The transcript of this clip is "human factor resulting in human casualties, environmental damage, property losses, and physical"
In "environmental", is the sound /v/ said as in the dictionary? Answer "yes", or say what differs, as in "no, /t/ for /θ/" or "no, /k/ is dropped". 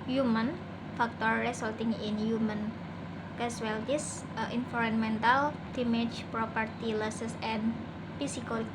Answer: no, /f/ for /v/